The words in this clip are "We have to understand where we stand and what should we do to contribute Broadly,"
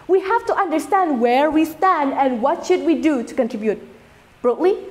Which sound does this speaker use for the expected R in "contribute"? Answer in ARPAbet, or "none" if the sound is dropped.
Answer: R